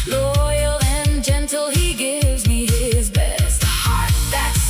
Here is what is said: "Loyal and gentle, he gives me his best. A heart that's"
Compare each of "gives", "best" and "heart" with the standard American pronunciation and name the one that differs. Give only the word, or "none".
none